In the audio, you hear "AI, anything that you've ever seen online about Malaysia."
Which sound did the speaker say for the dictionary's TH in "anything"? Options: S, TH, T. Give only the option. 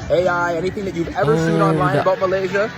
TH